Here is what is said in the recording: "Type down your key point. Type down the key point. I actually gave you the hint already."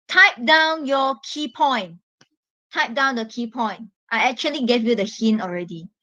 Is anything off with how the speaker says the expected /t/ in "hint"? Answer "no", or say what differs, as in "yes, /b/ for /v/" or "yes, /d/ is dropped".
yes, /t/ is dropped